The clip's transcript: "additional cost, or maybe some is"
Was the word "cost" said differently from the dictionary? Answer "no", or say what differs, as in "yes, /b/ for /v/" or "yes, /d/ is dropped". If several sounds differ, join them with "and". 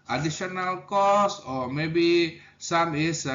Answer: yes, /t/ is dropped